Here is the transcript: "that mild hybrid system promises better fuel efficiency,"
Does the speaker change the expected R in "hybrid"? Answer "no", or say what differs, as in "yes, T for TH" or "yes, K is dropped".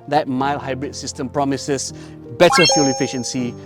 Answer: no